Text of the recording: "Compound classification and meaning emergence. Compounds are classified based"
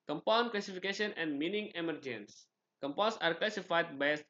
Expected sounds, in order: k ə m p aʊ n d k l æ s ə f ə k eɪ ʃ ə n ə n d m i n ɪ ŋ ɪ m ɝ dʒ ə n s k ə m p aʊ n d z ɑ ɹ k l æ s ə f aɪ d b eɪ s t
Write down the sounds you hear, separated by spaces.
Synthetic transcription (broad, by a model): k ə m p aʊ n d k l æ s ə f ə k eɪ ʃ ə n ə n d m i n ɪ ŋ ɪ m ɝ dʒ ə n s k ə m p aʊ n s ɑ ɹ k l æ s ə f aɪ d b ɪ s